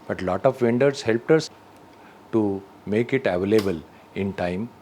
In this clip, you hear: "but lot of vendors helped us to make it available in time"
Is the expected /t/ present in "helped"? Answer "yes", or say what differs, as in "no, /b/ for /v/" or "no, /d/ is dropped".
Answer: yes